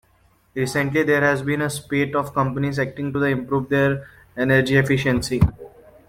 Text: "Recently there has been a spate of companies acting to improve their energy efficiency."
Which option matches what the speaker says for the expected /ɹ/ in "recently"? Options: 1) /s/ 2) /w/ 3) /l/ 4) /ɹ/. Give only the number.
4